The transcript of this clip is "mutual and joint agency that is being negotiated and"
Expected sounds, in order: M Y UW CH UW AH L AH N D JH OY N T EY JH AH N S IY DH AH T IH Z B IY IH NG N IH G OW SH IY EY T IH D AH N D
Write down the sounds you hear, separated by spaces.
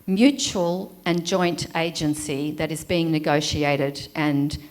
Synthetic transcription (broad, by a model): M Y UW CH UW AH L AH N JH OY N T EY JH AH N S IY DH AH T IH Z B IY IH NG N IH G OW SH IY EY T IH D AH N